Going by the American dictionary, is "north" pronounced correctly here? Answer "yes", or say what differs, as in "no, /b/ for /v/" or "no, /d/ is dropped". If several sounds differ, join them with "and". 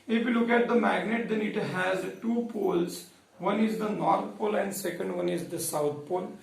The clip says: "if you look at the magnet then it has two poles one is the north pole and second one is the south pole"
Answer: no, /t/ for /θ/